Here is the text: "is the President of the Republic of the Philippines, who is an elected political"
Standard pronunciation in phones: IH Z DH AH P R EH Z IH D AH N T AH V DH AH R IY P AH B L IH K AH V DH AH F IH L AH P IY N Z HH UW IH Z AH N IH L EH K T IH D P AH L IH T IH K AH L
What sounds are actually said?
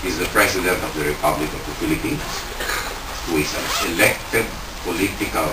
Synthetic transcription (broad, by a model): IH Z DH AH P R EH S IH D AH N T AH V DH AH R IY P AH B L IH K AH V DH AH F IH L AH P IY N S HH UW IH S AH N IH L EH K T IH D P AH L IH T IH K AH L